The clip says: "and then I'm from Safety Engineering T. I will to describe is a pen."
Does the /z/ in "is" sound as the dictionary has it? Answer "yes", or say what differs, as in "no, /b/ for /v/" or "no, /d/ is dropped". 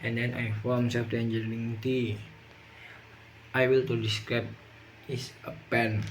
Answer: no, /s/ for /z/